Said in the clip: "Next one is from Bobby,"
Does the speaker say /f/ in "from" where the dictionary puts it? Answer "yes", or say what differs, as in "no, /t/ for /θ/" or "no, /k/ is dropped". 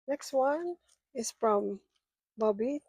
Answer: yes